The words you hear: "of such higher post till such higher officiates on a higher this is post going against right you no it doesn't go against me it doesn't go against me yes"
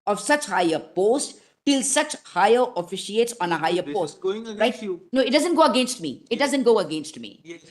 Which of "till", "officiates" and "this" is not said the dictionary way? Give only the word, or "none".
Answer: this